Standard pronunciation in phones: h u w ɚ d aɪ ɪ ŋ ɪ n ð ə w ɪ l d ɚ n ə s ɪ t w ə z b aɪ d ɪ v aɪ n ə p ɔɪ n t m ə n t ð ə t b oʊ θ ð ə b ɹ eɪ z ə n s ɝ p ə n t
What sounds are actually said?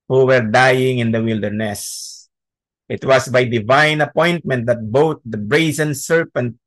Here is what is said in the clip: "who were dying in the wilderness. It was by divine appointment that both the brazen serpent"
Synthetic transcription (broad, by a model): h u w ɚ d aɪ ɪ ŋ ɪ n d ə w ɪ l d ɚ n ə s ɪ t w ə s b aɪ d ɪ v aɪ n ə p ɔɪ n t m ə n t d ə t b oʊ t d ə b ɹ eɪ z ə n s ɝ p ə n t